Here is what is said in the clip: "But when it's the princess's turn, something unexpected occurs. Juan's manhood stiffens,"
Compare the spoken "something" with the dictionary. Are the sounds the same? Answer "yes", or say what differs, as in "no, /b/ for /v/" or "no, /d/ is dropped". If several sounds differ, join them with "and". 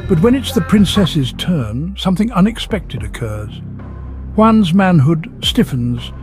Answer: yes